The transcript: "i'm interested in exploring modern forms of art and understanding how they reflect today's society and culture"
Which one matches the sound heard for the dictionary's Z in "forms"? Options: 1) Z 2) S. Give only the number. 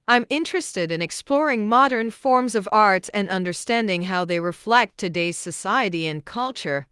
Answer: 1